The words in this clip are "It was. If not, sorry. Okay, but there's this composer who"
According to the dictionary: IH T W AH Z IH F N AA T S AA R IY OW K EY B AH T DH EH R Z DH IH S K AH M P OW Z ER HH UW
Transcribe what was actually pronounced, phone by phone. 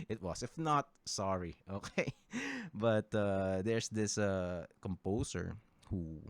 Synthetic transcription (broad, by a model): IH T W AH S IH F N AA T S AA R IY OW K EY B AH T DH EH R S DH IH S K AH M P OW S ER HH UW